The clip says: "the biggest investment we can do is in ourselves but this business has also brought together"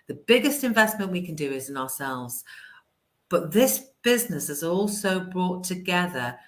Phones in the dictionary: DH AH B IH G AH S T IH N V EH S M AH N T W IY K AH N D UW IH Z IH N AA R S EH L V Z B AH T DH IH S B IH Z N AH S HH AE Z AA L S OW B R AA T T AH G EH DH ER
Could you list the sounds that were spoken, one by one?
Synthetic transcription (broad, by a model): DH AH B IH G AH S T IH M V EH S M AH N T W IY K AH N D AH IH Z IH N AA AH S EH L V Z B AH T DH IH S B IH Z N AH S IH Z AA L S OW B R AA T T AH G EH DH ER